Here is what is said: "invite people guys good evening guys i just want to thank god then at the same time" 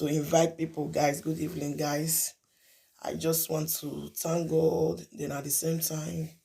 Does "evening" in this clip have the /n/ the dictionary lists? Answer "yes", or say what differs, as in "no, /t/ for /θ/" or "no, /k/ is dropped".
no, /l/ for /n/